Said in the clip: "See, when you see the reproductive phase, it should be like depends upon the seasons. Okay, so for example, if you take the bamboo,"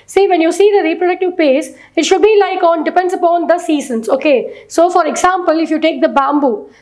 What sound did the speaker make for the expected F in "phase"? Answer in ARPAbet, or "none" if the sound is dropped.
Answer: P